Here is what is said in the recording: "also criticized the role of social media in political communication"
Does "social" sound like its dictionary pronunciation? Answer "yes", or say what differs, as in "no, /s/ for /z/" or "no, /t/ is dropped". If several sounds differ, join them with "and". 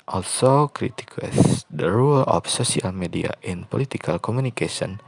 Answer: no, /s/ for /ʃ/